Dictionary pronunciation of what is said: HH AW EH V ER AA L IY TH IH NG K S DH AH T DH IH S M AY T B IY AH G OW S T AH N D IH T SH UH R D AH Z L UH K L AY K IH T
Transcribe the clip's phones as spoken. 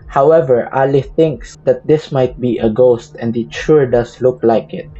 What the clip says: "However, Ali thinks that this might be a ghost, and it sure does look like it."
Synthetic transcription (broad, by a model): HH AW EH V ER AA L IY TH IH NG K S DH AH T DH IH S M AY T B IY AH G OW S T AH N D IH T SH UH R D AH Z L UH K L AY K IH T